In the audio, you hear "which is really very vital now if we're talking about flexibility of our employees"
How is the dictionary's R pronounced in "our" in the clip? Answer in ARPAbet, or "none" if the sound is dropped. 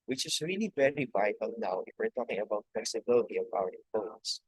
W